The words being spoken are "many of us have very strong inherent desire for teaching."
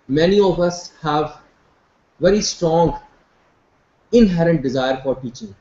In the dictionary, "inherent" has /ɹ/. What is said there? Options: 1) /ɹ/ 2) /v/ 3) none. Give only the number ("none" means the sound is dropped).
1